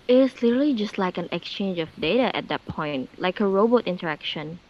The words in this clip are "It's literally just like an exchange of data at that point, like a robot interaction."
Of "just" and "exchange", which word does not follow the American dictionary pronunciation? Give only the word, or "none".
none